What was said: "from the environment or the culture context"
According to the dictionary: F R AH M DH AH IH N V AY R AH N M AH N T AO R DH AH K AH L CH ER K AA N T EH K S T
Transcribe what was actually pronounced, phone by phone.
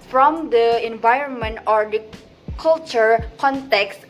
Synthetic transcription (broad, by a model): F R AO M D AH IH N V AY R AH N M AH N T AO R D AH K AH L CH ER K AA N T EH K S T